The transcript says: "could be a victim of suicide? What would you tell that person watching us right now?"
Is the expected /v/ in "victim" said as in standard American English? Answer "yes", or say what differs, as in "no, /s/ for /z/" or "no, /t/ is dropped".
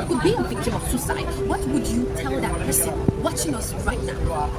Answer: no, /f/ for /v/